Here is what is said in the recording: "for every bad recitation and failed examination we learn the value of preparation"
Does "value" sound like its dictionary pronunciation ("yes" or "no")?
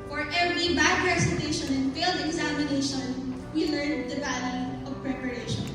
no